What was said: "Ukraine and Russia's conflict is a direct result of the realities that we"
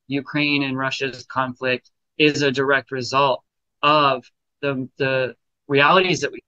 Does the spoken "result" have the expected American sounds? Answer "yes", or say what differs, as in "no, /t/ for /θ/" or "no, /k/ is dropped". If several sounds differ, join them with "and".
yes